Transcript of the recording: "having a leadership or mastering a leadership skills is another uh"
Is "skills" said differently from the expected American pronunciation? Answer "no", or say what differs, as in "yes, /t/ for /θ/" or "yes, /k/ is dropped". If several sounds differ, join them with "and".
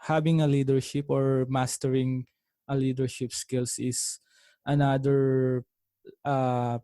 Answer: yes, /s/ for /z/